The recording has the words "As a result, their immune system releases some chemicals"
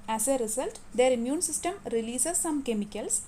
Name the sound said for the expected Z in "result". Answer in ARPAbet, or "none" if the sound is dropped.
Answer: S